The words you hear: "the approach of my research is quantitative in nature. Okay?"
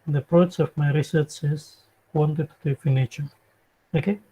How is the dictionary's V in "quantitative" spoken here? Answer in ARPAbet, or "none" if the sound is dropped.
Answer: F